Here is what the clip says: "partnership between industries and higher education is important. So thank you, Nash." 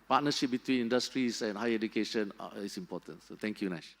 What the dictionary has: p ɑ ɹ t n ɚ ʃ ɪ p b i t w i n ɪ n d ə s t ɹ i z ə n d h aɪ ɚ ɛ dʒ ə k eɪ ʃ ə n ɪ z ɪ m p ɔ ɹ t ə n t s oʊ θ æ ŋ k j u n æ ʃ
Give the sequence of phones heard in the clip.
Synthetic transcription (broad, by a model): p ɑ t n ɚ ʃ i p b i t w i n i n d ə s t ɹ i s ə n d h aɪ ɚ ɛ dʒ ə k eɪ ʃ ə n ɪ s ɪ m p ɔ t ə n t s oʊ t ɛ ŋ k j u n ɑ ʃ